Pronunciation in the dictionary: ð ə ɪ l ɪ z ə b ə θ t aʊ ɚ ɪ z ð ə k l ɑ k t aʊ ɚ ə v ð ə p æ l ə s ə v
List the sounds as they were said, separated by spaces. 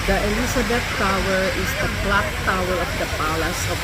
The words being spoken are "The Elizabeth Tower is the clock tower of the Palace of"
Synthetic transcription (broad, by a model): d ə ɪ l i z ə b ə t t aʊ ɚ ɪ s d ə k l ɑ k t aʊ ɚ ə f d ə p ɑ l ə s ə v